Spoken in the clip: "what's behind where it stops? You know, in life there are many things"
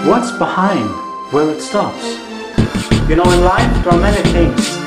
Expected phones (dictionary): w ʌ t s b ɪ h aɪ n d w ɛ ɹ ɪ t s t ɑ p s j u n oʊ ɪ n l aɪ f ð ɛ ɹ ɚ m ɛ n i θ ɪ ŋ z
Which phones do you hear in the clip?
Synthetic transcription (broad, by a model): w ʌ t s b ɪ h aɪ n d w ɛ l ɪ t s t ɑ p s j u n oʊ ɪ n l aɪ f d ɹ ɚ m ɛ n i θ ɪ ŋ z